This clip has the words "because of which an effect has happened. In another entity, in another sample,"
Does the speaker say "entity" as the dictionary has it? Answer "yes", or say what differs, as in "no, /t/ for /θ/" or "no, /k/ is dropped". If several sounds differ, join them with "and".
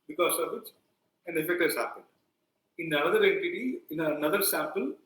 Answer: no, /n/ is dropped